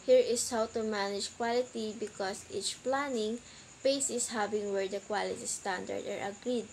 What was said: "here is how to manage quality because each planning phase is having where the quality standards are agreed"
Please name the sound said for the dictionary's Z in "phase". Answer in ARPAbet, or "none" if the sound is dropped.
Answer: S